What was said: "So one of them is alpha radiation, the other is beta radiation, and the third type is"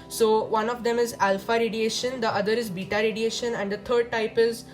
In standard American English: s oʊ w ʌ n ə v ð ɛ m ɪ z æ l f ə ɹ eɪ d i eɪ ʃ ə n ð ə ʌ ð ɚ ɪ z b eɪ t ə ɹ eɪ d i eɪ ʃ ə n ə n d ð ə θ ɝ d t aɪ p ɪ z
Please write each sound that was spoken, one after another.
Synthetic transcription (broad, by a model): s oʊ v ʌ n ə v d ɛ m ɪ z æ l f ə ɹ eɪ d i eɪ ʃ ə n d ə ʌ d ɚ ɪ z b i t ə ɹ eɪ d i eɪ ʃ ə n ə n d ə t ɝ d t aɪ p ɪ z